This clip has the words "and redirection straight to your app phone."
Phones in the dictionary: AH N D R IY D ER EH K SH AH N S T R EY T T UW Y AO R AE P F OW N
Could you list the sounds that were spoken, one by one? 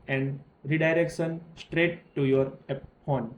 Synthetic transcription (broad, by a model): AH N D R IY D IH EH K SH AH N S T R EY T T UW Y AO R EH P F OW N